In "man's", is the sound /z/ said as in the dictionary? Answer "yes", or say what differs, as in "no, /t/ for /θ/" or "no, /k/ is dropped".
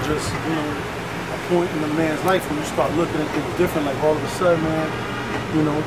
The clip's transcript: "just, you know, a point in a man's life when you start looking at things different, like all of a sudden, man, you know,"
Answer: yes